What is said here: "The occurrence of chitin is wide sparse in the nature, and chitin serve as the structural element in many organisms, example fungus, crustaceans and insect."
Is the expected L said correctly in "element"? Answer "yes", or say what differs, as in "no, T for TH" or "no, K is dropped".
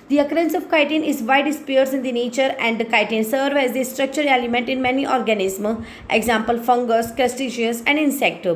no, L is dropped